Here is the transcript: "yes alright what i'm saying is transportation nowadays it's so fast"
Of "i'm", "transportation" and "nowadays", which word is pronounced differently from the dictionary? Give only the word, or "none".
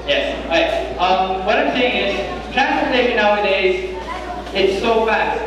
transportation